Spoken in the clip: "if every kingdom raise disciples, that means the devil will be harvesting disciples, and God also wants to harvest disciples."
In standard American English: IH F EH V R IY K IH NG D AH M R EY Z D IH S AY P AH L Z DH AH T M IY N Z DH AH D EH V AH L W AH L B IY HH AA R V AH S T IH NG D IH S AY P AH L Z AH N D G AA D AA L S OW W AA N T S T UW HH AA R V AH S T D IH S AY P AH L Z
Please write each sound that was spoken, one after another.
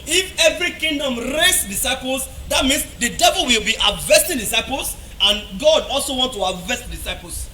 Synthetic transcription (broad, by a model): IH F EH V R IY K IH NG D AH M R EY S D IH S AY P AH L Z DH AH T M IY N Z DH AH D EH V AH L W AH L B IY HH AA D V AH S T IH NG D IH S AY P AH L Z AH N G AA D AA L S OW W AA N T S T UW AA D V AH S T D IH S AY P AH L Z